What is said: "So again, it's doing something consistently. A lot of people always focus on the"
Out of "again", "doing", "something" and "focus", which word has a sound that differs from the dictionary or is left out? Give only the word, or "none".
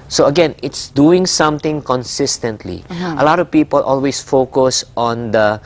something